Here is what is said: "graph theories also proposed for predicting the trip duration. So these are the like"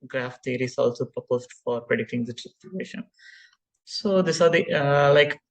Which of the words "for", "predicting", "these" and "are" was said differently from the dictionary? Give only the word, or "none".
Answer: these